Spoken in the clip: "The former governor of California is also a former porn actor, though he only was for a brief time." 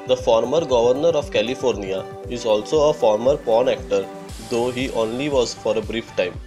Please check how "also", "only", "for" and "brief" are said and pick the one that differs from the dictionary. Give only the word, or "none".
none